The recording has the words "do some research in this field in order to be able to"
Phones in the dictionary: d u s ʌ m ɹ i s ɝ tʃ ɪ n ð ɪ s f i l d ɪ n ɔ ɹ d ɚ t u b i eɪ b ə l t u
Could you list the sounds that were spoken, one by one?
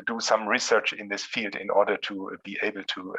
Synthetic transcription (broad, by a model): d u s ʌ m ɹ i s ɝ tʃ ɪ n ð ɪ s f i l d ɪ n ɔ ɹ d ɚ t u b i eɪ b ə l t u